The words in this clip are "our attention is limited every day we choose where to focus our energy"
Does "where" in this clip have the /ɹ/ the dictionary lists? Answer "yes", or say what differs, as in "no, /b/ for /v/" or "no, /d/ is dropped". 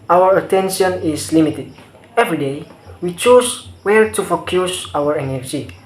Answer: no, /l/ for /ɹ/